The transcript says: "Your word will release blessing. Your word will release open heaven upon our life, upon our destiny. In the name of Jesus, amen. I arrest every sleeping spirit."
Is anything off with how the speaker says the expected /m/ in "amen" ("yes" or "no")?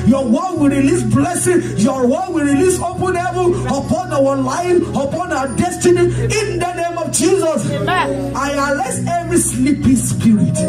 yes